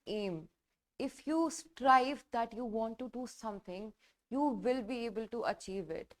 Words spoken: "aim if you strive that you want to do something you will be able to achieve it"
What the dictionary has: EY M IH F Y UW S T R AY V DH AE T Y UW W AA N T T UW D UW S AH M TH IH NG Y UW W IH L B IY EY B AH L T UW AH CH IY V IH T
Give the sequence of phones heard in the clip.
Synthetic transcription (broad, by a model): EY M IH F Y UW S T R AY V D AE T Y UW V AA N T T UW D UW S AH M T IH NG Y UW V IH L B IY EY B AH L T UW AH CH IY V IH T